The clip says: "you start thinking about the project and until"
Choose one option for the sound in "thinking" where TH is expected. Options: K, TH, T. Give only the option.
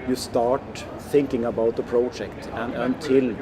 TH